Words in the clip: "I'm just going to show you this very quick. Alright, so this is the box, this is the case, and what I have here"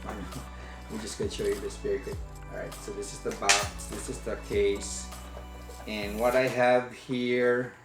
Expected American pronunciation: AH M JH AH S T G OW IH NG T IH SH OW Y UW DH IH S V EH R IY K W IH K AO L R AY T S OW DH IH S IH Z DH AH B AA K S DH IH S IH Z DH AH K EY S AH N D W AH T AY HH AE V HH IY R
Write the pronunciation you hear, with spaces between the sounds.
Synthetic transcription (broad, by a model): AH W JH AH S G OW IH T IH SH OW Y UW DH IH S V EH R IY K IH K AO R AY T S OW DH IH S IH Z DH AH B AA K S DH IH S IH Z DH AH K EY S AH N W AH T AY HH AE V HH IY R